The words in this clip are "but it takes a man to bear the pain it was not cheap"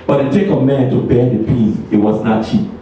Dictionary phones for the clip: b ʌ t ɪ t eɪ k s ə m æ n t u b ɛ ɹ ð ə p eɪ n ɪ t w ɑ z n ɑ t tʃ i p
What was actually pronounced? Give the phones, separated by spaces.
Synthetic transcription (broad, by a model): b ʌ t ɪ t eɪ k ə m æ n t u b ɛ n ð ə p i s ɪ t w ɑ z n ɑ t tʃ i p